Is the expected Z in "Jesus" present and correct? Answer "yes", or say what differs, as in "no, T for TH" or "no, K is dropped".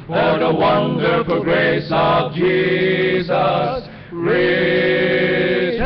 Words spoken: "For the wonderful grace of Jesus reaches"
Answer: yes